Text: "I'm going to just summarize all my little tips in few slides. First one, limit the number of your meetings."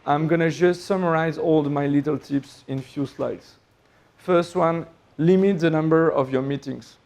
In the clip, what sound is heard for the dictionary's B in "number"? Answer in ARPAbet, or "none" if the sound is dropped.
B